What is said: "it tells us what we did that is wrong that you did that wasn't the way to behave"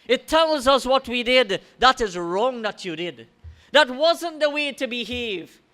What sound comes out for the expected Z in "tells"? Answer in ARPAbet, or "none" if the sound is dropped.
Z